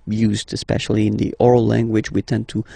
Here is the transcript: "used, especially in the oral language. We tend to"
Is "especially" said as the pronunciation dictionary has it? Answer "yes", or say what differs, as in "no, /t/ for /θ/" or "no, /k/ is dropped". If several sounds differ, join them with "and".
yes